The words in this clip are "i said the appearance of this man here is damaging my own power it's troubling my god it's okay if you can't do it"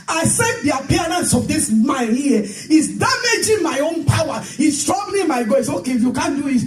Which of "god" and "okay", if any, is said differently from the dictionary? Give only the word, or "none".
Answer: god